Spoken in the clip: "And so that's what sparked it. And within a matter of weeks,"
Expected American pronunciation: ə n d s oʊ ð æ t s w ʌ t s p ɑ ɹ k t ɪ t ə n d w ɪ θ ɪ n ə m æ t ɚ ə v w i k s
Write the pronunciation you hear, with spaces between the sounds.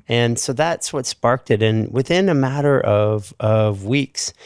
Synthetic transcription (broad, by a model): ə n s oʊ ð æ t s w ʌ t s p ɑ ɹ k t ɪ t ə n w ɪ θ ɪ n ə m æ t ɚ ə v w i k s